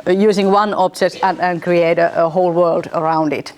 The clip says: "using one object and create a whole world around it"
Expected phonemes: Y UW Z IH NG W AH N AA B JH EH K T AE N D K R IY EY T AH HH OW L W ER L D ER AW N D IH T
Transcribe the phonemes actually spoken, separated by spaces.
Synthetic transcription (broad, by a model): Y UW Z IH NG W AH N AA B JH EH T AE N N K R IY EY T AH HH OW L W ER L D ER AW N D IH T